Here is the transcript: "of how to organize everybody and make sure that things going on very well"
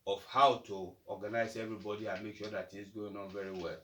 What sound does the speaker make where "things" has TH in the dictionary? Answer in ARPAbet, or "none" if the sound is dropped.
T